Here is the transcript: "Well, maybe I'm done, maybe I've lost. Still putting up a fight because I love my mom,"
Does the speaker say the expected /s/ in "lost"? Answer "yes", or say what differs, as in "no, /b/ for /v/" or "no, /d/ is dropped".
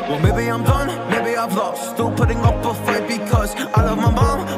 no, /s/ is dropped